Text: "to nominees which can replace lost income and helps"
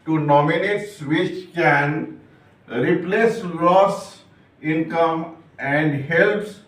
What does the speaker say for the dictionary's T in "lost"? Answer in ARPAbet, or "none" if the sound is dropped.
none